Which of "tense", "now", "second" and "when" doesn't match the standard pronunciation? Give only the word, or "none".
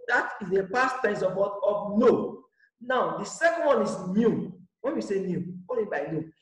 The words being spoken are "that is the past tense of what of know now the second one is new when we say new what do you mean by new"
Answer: tense